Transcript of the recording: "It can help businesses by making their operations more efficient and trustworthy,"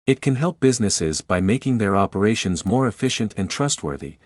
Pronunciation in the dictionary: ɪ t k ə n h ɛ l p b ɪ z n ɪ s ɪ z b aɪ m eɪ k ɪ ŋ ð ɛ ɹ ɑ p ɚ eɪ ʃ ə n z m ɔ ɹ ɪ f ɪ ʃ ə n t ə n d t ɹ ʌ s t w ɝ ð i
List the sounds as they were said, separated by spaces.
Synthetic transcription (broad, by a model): ɪ t k ə n h ɛ l p b ɪ z n ɪ s ɪ z b aɪ m eɪ k ɪ ŋ ð ɛ ɹ ɑ p ɚ eɪ ʃ ə n z m ɔ ɹ ɪ f ɪ ʃ ə n t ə n t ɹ ʌ s t w ɝ ð i